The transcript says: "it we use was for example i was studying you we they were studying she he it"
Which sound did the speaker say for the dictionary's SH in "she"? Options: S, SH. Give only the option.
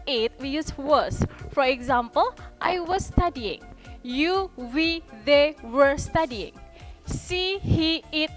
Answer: S